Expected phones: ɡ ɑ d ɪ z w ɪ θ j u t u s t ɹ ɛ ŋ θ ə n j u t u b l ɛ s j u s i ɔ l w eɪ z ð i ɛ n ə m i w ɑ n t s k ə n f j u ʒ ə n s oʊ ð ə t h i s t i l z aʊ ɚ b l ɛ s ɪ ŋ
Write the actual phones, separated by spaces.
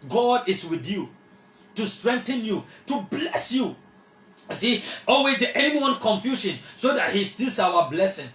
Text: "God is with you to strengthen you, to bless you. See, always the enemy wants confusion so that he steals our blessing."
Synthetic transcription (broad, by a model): ɡ ɑ d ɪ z w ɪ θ j u t u s t ɹ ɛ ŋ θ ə n j u t u b l ɛ s j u s i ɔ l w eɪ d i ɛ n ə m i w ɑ n k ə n f j u ʃ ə n s oʊ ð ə t h i s t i l s aʊ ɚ b l ɛ s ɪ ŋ